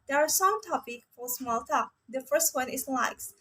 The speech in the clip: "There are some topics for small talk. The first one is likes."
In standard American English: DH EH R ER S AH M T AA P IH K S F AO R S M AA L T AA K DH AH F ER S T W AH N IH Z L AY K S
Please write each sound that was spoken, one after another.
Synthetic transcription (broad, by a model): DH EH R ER S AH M T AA P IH K F AO R S M AA L T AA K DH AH F ER S T W AH N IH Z L AY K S